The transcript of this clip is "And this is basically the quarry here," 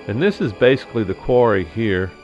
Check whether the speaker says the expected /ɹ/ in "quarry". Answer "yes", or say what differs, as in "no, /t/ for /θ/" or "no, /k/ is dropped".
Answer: yes